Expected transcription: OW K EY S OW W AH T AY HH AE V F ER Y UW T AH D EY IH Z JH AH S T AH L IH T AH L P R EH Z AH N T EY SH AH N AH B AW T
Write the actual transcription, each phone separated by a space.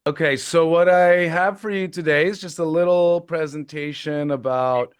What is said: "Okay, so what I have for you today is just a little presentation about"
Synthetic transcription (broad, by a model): OW K EY S OW W AH T AY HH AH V F ER Y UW T AH D EY IH Z JH AH S T AH L IH T L P R EH Z AH N T EY SH AH N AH B AW T